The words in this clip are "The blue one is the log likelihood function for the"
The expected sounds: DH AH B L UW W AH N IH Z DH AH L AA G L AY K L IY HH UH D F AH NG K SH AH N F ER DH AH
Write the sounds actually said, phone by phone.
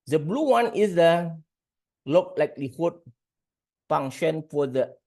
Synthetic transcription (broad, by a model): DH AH B L UW W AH N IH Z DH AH L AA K L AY K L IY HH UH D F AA NG SH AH N F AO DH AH